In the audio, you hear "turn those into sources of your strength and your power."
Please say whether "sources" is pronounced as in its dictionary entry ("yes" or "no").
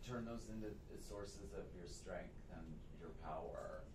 yes